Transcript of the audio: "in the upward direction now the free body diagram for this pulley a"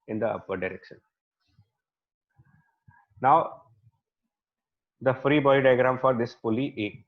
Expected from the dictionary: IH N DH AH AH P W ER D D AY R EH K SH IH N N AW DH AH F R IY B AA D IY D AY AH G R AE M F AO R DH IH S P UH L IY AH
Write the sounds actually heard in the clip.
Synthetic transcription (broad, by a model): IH N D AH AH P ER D D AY R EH K SH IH N N AW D AH F R IY B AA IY D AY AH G R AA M F AO R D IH S F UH L IY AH